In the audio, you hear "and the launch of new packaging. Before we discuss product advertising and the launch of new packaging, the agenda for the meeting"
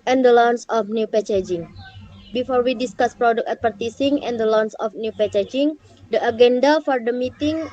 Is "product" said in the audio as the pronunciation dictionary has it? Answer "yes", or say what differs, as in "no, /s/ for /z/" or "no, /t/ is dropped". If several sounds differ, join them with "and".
no, /t/ is dropped